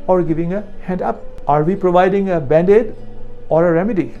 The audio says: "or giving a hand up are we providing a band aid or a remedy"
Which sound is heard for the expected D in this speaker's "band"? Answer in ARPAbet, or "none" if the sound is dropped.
D